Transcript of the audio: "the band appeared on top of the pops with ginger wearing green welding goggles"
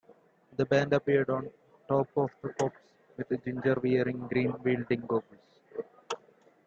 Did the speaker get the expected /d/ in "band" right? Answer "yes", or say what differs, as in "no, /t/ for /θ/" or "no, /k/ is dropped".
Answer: yes